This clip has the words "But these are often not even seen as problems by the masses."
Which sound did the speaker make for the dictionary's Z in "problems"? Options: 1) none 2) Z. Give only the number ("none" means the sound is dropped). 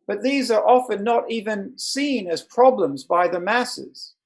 2